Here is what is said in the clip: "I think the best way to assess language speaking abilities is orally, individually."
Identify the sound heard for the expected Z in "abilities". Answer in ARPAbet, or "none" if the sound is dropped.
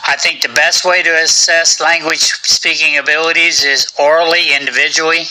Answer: Z